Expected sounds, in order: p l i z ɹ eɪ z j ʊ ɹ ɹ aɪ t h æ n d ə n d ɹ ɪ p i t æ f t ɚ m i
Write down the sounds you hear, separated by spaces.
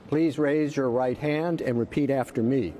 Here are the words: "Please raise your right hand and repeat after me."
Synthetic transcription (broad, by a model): p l i z ɹ eɪ z j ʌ ɹ ɹ aɪ t h æ n d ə n ɹ ɪ p i t æ f t ɚ m i